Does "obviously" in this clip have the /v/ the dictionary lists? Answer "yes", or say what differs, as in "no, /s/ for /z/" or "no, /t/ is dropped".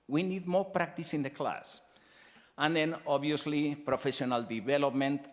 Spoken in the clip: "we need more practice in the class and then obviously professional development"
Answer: no, /v/ is dropped